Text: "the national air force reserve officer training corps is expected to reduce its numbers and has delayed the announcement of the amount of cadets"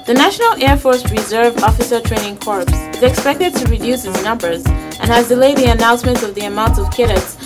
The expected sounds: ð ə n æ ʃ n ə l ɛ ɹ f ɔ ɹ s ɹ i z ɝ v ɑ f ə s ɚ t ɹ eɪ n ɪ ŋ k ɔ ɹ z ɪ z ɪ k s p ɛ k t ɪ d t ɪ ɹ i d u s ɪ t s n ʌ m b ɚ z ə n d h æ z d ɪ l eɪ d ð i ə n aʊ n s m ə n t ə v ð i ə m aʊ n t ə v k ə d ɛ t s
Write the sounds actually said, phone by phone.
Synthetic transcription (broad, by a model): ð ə n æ ʃ n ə l ɛ ɹ f ɔ ɹ s ɹ i z ɝ v ɑ f ə s ɚ t ɹ eɪ n ɪ ŋ k ɔ ɹ s ɪ z ɪ k s p ɛ k t ɪ d t ɪ ɹ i d u s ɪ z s n ʌ m b ɚ z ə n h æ z d ɪ l eɪ d ð i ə n aʊ n s m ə n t ə v ð i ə m aʊ n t ə v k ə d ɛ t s